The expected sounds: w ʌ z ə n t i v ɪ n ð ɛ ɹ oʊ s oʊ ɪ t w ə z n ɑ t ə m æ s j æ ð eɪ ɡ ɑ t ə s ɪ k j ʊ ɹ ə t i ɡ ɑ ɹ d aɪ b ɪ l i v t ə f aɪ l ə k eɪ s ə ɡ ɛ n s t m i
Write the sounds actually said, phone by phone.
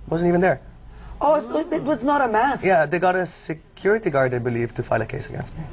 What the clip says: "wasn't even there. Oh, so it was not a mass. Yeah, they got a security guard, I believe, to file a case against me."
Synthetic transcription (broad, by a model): w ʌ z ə n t i v n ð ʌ ɹ oʊ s ɪ t w ə z n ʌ t ə m æ s j æ ð eɪ ɡ ɑ t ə s ɪ k j ʊ ɹ ə t i ɡ ɑ ɹ d aɪ b ɪ l i v t ə f aɪ l ə k eɪ s ə ɡ ɛ n s t m i